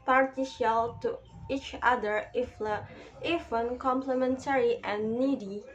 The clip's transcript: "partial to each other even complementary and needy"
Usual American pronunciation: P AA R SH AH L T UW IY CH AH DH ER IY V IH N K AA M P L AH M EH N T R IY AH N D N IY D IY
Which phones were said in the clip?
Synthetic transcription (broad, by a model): P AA R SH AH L T UW IY CH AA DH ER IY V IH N K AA M P L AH M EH N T R IY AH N N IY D IY